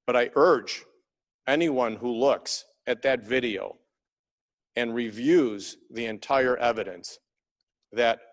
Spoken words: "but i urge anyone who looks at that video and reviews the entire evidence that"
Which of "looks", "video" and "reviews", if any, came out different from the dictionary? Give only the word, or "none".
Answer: none